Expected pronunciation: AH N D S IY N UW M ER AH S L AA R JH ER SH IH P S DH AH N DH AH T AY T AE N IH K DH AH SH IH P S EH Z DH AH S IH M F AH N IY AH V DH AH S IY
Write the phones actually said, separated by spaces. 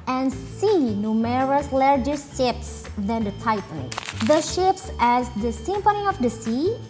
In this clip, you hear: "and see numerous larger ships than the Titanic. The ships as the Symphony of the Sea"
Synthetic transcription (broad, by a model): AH N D S IY N UW M ER AH S L AA R JH ER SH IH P S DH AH N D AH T AY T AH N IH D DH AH SH IH P S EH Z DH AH S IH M P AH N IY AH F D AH S IY